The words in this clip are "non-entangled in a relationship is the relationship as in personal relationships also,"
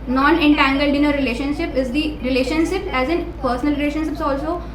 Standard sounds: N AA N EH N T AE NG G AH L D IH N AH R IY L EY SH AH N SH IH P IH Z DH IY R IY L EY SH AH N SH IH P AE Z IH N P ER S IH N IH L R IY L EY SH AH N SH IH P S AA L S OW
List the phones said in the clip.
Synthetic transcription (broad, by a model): N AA N EH N T AE NG G AH L D IH N AH R IY L EY SH AH N SH IH P IH Z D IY R IY L EY SH AH N SH IH P AE Z IH N P ER S IH N IH L R IY L EY SH AH N SH IH P S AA L S OW